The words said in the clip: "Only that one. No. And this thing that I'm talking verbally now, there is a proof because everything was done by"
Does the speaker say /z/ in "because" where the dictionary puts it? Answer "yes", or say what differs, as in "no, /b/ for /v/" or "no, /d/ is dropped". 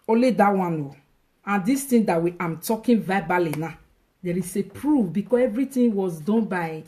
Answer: no, /s/ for /z/